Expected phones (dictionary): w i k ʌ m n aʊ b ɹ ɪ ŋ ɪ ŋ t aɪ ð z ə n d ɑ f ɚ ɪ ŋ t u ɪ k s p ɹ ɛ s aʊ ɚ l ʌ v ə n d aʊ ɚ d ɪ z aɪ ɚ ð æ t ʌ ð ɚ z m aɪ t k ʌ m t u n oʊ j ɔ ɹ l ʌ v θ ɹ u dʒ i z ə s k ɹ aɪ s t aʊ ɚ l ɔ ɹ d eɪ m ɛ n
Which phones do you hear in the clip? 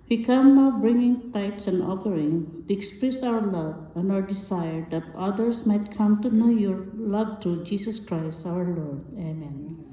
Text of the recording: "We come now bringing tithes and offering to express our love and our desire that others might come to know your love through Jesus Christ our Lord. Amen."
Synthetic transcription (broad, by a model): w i k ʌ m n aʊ b ɹ ɪ ŋ ɪ ŋ t aɪ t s ə n d ɑ f ɚ ɪ ŋ t u ɪ k s p ɹ ɛ s aʊ ɚ l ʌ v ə n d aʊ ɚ d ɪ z aɪ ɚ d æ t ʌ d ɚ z m aɪ t k ʌ m t u n oʊ j ɔ ɹ l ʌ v t ɹ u dʒ i s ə s k ɹ aɪ s t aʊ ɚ l ɔ ɹ d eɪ m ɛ n